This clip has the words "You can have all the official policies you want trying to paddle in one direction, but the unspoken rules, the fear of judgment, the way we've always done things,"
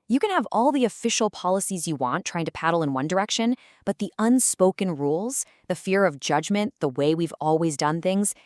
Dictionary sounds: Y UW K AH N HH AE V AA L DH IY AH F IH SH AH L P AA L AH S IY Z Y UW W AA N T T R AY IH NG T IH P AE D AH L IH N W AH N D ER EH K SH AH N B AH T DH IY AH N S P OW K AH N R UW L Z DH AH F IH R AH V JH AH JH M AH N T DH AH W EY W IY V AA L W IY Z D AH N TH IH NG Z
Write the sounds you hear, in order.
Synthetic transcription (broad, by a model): Y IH K AH N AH V AA L DH IY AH F IH SH L P AA L AH S IY Z Y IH W AA N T T R AY IH NG T IH P AE D L IH N W AH N D ER EH K SH AH N B AH T DH IY AH N S P OW K AH N R UW L Z DH AH F IH R AH V JH AH JH M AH N DH AH W EY W IY V AA L W IY Z D AH N TH IH NG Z